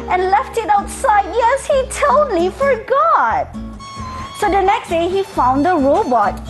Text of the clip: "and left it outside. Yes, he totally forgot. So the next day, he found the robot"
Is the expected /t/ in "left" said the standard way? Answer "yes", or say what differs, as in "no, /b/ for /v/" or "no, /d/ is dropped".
yes